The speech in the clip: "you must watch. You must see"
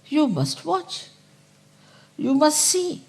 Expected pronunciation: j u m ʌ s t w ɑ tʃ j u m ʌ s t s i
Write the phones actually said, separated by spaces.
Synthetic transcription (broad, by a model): j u m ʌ s t w ɑ tʃ j u m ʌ s t s i